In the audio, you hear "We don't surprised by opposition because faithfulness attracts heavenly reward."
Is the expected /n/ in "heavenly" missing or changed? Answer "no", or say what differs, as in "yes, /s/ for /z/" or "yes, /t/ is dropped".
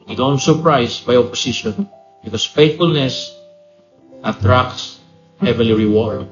yes, /n/ is dropped